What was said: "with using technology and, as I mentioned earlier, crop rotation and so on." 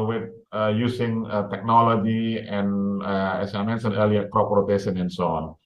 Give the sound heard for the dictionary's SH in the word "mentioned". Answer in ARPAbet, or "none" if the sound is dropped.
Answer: S